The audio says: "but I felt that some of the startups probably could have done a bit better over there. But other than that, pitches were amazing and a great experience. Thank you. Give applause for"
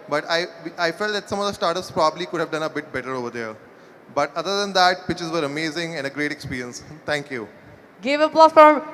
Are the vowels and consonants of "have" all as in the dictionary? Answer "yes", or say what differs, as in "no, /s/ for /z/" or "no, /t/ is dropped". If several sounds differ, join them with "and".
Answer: yes